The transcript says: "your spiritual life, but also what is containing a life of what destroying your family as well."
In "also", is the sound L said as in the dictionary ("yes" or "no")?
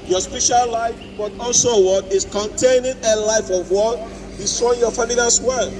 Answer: yes